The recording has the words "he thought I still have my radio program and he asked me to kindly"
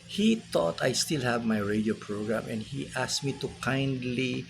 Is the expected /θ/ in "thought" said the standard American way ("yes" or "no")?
no